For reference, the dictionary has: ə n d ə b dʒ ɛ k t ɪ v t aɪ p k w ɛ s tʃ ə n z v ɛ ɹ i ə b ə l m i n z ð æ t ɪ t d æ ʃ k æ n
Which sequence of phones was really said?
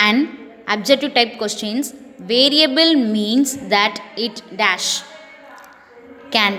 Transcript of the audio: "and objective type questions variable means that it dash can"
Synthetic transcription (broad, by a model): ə n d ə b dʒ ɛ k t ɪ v t aɪ p k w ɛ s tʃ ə n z v ɛ ɹ i ə b ə l m i n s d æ t ɪ t d æ ʃ k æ n